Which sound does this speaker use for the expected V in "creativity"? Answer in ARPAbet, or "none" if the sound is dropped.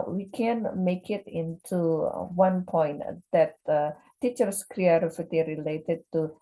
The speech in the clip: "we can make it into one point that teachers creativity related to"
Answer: F